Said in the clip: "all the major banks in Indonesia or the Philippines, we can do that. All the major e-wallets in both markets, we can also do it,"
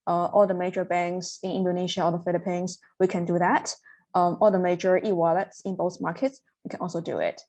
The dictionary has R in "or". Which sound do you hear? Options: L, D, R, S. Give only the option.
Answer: L